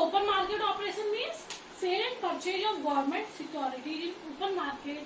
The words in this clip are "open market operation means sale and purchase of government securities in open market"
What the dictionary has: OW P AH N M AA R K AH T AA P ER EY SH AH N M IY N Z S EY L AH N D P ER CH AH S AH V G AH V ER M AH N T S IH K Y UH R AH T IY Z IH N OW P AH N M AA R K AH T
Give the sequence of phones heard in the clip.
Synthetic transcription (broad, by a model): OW P AH N M AA R K AH T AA P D EY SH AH N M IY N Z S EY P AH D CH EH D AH AH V G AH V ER M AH N T S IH K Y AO R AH T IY IH N OW P AH N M AA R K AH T